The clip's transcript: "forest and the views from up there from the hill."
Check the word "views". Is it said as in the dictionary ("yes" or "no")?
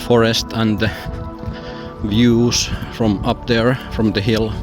no